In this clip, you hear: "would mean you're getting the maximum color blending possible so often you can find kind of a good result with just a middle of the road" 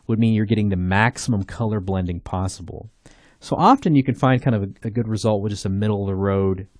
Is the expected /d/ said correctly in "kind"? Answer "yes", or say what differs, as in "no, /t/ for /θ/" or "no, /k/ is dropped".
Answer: no, /d/ is dropped